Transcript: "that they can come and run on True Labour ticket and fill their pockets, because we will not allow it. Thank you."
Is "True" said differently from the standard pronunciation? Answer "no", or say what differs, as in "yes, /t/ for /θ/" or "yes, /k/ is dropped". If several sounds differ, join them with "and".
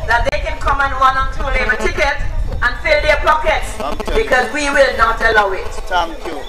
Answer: yes, /ɹ/ is dropped